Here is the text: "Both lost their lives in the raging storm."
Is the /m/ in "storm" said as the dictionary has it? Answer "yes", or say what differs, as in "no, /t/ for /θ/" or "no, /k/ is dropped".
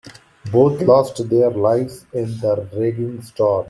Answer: no, /m/ is dropped